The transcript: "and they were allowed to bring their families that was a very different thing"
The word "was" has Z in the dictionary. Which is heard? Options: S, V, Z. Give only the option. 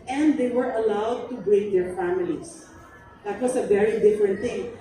S